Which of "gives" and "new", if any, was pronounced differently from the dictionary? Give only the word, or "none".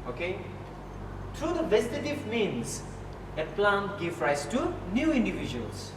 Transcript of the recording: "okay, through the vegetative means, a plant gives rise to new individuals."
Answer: gives